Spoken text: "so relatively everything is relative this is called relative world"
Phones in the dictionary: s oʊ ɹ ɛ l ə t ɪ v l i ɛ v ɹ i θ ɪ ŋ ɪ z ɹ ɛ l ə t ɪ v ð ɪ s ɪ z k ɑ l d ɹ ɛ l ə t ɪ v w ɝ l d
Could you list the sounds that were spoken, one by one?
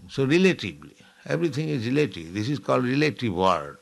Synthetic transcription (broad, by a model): s oʊ ɹ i l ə t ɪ b l i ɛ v ɹ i t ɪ ŋ ɪ z ɹ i l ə t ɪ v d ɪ s ɪ z k ɑ l d ɹ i l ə t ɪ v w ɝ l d